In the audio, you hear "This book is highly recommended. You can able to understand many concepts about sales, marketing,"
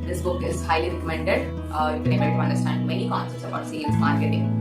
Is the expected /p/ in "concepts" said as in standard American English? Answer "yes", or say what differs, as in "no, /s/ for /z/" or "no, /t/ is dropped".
no, /p/ is dropped